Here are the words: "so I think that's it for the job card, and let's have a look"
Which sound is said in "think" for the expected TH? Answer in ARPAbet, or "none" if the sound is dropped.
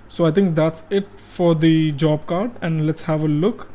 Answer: T